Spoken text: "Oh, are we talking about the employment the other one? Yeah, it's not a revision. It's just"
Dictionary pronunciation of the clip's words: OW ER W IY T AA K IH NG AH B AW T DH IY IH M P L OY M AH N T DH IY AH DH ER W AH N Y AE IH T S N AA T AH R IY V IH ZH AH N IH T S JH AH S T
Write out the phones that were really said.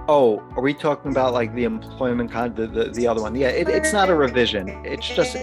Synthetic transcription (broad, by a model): OW ER W IY T AA K IH NG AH B AW T DH IY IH M P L OY M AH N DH DH IY AH DH ER W AH N Y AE IH T S N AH T AH R IY V IH ZH AH N IH T S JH AH S T